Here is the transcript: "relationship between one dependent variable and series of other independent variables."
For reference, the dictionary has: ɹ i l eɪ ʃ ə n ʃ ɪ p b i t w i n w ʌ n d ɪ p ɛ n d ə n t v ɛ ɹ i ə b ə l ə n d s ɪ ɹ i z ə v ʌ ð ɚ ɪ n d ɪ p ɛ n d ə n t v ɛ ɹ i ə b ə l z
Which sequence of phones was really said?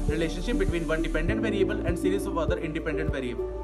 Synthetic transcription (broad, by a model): ɹ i l eɪ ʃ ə n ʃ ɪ p b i t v i n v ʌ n d ɪ p ɛ n d ə n t v ɛ ɹ i ə b ə l ə n d s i ɹ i ə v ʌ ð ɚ ɪ n d ɪ p ɛ n d ə n t v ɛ ɹ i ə b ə l